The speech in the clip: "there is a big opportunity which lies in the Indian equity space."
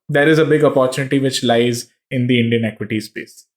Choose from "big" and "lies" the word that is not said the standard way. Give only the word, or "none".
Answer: none